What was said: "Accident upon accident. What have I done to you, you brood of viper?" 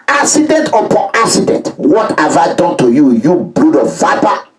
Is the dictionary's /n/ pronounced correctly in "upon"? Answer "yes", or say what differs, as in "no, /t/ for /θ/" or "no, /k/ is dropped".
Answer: no, /n/ is dropped